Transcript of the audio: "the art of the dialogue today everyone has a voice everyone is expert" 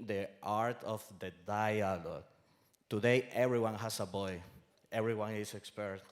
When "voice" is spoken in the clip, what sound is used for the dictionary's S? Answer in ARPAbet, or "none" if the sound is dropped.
none